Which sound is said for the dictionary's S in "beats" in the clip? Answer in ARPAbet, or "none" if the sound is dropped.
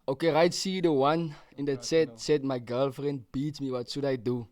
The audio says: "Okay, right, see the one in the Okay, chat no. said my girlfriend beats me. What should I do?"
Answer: none